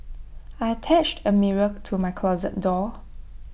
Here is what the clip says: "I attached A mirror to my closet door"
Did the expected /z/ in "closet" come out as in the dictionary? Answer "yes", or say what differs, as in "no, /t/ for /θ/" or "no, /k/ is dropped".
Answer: yes